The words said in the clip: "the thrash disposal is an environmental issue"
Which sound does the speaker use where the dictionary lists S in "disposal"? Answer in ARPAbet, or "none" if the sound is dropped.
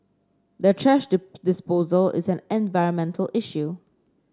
S